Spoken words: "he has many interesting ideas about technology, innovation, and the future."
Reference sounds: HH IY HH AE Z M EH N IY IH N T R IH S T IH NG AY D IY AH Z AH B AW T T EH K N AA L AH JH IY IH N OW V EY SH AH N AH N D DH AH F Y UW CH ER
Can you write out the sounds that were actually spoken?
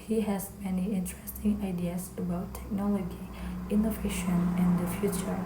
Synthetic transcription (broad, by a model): HH IY HH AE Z M EH N IY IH N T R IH S T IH NG AY D IY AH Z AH B AW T T EH K N AA L AH JH IY IH N OW V EY SH AH N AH N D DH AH F Y UW CH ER